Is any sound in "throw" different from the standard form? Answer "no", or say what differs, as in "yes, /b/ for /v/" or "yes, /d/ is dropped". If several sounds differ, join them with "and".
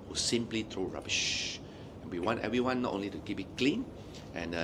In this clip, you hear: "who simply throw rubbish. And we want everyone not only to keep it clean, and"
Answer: yes, /t/ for /θ/